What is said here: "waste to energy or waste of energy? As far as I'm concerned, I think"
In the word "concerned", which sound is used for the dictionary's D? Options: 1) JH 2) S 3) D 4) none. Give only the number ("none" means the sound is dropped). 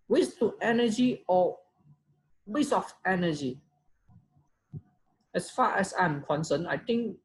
4